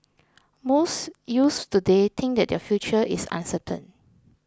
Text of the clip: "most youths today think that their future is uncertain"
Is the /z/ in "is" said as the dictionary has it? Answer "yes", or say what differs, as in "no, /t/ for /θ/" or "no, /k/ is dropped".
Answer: no, /s/ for /z/